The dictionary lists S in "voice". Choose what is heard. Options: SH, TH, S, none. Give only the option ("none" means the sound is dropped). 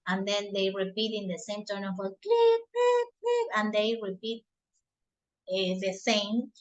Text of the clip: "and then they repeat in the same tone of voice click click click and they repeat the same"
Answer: none